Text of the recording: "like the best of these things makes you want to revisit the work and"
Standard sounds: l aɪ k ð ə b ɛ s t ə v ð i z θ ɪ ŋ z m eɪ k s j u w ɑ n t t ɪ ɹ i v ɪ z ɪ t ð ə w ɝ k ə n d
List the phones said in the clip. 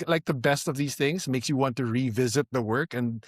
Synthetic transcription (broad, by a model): l aɪ k ð ə b ɛ s t ə v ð i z θ ɪ ŋ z m eɪ k s j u w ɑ n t t ɪ ɹ i v ɪ z ɪ t ð ə w ɝ k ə n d